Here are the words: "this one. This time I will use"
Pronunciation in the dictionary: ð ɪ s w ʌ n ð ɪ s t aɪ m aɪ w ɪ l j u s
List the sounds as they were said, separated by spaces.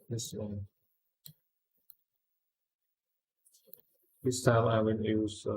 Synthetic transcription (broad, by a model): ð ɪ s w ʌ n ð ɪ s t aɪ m aɪ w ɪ n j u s